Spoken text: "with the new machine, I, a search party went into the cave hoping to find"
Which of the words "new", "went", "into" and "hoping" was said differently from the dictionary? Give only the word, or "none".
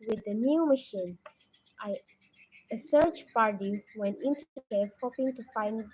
none